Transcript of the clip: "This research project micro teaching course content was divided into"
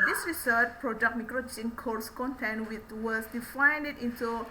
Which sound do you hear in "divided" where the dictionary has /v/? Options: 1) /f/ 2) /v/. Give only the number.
1